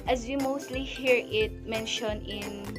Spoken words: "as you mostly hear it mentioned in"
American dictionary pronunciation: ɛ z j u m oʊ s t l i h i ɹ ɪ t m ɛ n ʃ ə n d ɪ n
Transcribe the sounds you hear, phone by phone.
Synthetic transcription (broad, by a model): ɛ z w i m oʊ s t l i h i ɹ ɪ t m ɛ n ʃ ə n ɪ n